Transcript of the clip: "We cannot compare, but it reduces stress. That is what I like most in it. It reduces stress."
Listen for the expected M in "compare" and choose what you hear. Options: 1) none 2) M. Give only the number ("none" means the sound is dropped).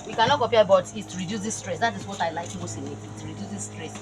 1